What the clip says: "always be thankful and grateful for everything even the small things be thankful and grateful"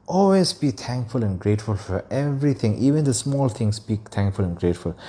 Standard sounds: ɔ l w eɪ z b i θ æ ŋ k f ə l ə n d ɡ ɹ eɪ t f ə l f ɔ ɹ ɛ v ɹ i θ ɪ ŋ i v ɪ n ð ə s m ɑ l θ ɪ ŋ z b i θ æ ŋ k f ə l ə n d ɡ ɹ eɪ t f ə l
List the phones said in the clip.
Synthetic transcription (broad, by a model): ɔ l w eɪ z b i t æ ŋ k f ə l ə n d ɡ ɹ eɪ t f ə l f ɔ ɹ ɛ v ɹ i t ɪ ŋ i v ɪ n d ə s m ɑ l t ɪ ŋ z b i t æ ŋ k f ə l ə n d ɡ ɹ eɪ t f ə l